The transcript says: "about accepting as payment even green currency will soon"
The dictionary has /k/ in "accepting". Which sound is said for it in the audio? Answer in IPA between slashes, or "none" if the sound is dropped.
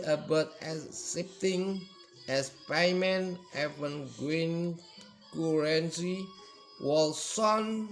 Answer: none